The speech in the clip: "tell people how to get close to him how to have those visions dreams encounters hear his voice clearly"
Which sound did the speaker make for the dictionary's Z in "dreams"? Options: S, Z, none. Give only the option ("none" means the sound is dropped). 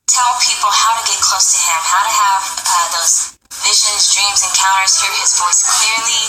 Z